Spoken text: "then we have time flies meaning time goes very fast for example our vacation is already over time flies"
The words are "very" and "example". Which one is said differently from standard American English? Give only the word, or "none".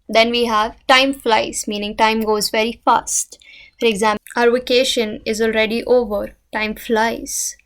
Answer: example